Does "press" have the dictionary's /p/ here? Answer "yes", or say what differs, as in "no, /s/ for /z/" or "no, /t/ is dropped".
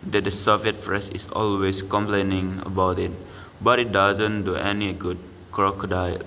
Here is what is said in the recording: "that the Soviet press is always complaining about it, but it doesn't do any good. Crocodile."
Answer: no, /f/ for /p/